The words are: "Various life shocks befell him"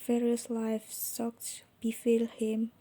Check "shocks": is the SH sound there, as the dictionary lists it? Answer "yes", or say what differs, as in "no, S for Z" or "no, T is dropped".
no, S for SH